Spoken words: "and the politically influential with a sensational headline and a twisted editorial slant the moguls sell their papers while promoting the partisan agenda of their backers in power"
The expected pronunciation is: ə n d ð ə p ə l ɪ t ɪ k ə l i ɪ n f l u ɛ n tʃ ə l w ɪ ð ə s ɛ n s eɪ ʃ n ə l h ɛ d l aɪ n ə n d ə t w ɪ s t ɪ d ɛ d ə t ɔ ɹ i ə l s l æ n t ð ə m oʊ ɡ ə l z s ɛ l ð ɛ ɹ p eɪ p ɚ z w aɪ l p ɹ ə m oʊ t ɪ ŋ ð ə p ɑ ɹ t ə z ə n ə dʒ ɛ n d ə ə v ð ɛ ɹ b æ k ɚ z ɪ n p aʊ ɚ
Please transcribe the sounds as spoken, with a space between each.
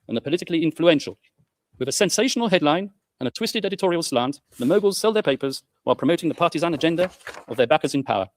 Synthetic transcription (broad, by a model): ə n ð ə p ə l ɪ t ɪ k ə l i ɪ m f l u ɛ n ʃ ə l w ɪ ð ə s ɛ n s eɪ ʃ n ə l h ɛ d l aɪ n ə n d ə t w ɪ s t ɪ d ɛ d ə t ɔ ɹ i ə l s l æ n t ð ə m oʊ ɡ ə l z s ɛ l ð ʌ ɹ p eɪ p ɚ z w aɪ l p ɹ ə m oʊ t ɪ ŋ ð ə p ɑ ɹ t ə z ə n ə dʒ ɛ n d ə ə v ð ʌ ɹ b æ k ɚ z ɪ n p aʊ ɚ